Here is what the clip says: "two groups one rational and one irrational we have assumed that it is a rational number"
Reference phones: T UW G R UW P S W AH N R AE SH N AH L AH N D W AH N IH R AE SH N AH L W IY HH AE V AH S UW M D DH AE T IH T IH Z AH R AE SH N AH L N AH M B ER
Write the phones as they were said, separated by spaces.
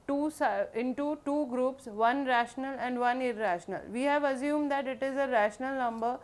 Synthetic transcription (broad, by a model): T UW G R UW P S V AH N R AE SH N AH L AH N D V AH N IH R AE SH N AH L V IY HH AE V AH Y UW M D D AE T IH T IH Z AH R AE SH N AH L N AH M B ER